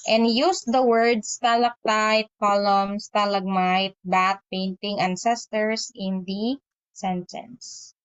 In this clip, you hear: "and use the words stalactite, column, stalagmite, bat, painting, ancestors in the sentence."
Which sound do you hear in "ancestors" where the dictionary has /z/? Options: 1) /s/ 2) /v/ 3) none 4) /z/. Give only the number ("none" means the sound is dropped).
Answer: 1